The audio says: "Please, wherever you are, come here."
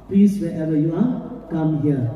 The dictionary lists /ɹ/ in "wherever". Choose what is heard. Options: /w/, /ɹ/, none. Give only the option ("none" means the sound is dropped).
none